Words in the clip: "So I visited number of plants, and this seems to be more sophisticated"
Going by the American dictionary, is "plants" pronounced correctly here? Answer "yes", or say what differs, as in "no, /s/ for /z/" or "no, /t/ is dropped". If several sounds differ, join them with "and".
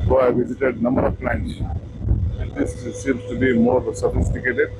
no, /s/ is dropped